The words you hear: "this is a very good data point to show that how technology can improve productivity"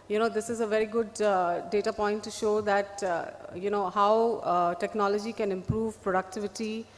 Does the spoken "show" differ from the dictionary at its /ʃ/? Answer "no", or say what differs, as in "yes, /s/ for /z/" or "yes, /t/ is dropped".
no